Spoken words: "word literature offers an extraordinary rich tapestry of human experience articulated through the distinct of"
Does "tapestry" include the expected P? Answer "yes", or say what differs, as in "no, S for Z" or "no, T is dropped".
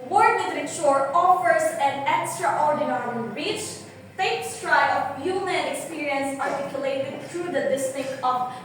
no, P is dropped